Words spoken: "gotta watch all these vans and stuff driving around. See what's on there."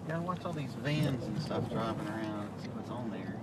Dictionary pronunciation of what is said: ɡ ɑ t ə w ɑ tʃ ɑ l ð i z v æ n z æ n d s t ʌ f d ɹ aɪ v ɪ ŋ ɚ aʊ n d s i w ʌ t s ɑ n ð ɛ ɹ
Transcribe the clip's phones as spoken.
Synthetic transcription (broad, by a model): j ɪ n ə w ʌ s ɑ l ð i z v æ n z n s t ʌ f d ɹ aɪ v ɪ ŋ ɚ aʊ n d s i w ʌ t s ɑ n ð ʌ ɹ